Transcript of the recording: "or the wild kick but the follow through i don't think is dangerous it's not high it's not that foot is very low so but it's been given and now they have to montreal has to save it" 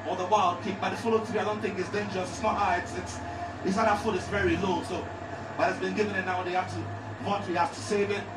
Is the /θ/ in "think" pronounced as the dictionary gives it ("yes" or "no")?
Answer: yes